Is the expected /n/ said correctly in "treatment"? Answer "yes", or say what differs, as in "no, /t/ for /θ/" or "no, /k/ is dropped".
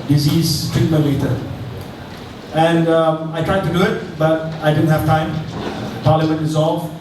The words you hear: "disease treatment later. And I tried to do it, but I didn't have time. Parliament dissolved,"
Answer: no, /n/ is dropped